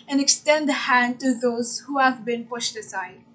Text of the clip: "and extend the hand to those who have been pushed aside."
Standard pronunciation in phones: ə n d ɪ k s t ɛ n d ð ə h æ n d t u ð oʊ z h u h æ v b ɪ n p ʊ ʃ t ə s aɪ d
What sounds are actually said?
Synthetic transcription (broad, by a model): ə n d ɪ k s t ɛ n d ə h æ n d t u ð oʊ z h u h æ v b ɪ n p ʊ ʃ t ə s aɪ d